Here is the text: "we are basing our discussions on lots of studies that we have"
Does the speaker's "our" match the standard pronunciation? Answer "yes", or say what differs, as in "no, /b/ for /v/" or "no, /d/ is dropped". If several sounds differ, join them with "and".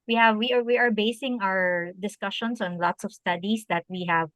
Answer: yes